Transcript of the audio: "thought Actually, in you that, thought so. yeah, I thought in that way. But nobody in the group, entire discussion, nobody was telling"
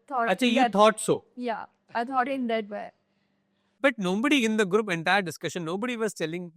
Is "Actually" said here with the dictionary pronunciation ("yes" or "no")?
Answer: no